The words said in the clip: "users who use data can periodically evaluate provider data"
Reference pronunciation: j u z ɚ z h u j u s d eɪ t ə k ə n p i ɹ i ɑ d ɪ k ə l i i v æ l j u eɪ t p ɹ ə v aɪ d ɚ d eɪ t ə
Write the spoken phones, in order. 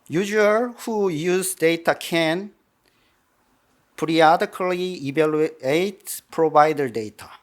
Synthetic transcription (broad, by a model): j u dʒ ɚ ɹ h u j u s d eɪ t ə k ə n p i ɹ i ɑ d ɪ k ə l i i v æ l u eɪ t p ɹ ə b aɪ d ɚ d eɪ t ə